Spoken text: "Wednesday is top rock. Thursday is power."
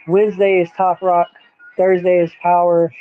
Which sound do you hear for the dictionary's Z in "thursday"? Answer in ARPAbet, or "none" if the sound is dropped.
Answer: Z